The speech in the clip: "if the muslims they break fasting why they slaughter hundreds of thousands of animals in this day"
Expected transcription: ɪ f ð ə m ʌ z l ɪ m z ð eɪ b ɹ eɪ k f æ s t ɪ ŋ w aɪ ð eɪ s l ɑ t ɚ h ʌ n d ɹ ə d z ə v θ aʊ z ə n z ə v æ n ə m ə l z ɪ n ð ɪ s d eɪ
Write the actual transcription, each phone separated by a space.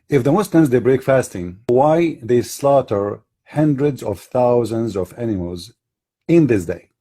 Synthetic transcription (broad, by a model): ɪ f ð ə m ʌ s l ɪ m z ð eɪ b ɹ eɪ k f æ s t ɪ ŋ w aɪ ð eɪ s l ɑ t ɚ h ʌ n d ɹ ə d z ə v θ aʊ z ə n z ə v æ n ə m ə l z ɪ n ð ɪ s d eɪ